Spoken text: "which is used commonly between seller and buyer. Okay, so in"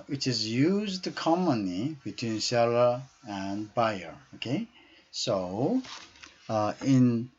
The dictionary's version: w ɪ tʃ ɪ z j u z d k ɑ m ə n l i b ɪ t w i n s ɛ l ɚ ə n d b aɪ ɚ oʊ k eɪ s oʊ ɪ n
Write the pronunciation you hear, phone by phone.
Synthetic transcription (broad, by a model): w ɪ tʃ ɪ z j u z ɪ k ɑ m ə n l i b ɪ t w i n s ɛ l ɚ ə n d b aɪ ɚ oʊ k eɪ s oʊ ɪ n